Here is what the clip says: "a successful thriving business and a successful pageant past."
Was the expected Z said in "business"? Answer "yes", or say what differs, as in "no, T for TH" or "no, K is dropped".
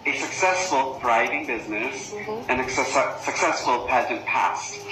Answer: yes